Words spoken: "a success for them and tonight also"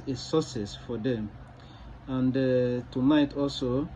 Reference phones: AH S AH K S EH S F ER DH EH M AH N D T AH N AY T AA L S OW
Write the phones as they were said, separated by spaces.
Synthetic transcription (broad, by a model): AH S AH S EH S F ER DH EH M AH N D T AH N AY T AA L S OW